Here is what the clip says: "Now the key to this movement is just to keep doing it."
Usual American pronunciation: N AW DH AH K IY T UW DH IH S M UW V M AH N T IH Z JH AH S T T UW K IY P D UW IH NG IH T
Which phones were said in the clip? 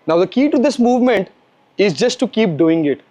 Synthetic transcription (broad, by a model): N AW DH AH K IY T UW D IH S M UW V M AH N T IH Z JH AH S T T UW K IY P D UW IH NG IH T